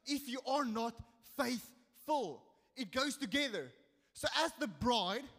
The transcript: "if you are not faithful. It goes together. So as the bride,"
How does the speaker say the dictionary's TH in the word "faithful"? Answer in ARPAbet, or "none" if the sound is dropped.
TH